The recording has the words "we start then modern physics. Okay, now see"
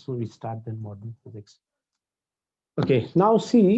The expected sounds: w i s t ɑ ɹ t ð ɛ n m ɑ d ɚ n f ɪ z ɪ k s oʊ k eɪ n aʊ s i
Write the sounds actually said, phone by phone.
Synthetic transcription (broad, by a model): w i s t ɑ ɹ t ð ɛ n m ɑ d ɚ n f ɪ z ɪ k s oʊ k eɪ n aʊ s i